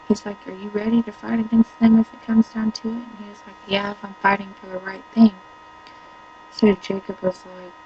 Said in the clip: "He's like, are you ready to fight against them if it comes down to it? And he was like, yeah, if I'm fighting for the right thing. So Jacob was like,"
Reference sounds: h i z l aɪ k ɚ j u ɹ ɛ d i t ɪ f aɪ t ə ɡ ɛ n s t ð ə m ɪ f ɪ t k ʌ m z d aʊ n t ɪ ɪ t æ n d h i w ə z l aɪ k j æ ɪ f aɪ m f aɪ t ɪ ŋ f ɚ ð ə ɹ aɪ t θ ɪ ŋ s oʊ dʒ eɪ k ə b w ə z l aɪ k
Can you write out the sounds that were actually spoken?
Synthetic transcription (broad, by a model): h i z l aɪ k ɚ j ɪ ɹ ɛ d i t ɪ f aɪ t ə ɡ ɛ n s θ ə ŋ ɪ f ɪ t k ʌ m z d aʊ n t ɪ ɪ t n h i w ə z l aɪ k j æ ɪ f aɪ m f aɪ t ɪ ŋ f ɚ ð ə ɹ aɪ t θ ɪ ŋ s oʊ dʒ eɪ k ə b w ə z l aɪ k